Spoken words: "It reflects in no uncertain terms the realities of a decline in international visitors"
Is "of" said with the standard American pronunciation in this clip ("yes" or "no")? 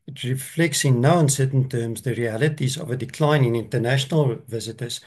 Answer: yes